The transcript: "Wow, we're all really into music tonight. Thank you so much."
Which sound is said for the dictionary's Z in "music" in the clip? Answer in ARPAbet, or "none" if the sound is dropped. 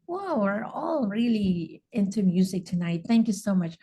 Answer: Z